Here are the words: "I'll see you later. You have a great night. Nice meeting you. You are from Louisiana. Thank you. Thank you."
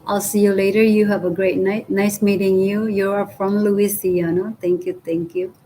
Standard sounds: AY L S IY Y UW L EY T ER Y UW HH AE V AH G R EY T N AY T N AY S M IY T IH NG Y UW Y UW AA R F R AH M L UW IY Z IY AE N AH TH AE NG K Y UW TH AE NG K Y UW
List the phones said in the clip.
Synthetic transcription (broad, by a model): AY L S IY Y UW L EY T ER Y UW HH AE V AH G R EY T N AY T N AY S M IY T IH NG Y UW Y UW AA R F R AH M L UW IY S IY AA N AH T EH NG K Y UW T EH NG K Y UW